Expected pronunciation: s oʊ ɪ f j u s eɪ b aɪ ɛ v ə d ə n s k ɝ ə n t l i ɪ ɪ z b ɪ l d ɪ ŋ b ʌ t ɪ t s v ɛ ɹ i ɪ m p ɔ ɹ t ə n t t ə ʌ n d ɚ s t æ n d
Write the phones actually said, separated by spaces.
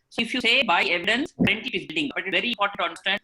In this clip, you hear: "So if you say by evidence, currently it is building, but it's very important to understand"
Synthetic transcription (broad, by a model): s oʊ ɪ f j u s eɪ b aɪ ɛ v ə d ə n s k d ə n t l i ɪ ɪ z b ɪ d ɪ ŋ b ʌ t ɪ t v ɛ ɹ i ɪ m p ɔ ɹ t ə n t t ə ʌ n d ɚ s t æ n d